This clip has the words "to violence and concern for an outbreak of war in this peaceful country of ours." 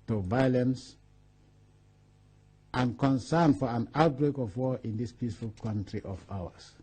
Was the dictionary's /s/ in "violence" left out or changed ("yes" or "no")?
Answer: no